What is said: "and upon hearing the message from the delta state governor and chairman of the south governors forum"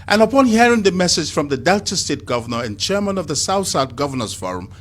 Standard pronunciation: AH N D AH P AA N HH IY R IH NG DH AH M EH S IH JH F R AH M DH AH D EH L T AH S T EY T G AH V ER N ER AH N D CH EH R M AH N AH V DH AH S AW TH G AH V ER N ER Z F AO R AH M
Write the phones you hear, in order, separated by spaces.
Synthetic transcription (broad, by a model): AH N AH P AA N HH IY R IH NG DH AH M EH S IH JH F R AH M DH AH D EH L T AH S T EY T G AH V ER N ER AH N CH EH R M AH N AH V DH AH S AW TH G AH V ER N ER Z F AO R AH M